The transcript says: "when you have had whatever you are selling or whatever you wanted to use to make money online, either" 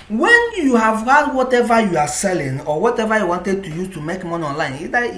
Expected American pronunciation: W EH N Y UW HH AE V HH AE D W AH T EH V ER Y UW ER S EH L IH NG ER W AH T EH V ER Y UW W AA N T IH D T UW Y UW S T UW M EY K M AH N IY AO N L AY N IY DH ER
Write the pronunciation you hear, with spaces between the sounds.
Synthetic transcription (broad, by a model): W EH N Y UW HH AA V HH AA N W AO T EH V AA Y UW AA S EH L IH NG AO W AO T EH V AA Y UW W AA N T IH D T UW Y UW T UW M EY K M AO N AO N L AY N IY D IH